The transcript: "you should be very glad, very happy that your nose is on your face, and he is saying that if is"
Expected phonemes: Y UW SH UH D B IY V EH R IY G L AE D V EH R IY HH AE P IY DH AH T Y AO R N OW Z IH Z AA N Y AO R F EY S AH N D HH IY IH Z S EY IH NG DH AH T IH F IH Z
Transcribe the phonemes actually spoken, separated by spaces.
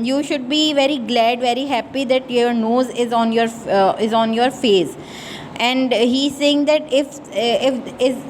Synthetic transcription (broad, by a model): Y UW SH UH D B IY V EH R IY G L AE D V EH R IY HH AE P IY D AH T Y AO R N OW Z IH Z AA N Y AO R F EY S AH N D HH IY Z S EY IH NG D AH T IH F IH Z